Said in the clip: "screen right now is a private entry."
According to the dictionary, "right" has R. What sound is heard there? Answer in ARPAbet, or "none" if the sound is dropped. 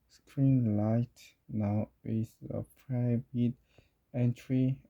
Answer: L